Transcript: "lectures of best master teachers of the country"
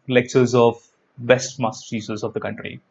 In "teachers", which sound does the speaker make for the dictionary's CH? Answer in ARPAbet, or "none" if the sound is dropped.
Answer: S